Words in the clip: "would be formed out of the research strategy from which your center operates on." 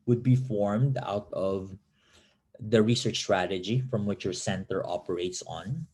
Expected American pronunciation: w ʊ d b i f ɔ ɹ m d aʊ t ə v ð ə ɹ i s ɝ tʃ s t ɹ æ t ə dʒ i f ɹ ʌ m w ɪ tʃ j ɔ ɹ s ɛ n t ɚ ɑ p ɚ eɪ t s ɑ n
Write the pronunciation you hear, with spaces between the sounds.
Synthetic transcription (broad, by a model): w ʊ d b i f ɔ ɹ m d aʊ t ə v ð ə ɹ i s ɝ tʃ s t ɹ æ t ə dʒ i f ɹ ʌ m w ɪ tʃ j ɔ ɹ s ɛ n t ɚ ɑ p ɚ eɪ t s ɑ n